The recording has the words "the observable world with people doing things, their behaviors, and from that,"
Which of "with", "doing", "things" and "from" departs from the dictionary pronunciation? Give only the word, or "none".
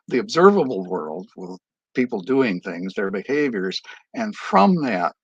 none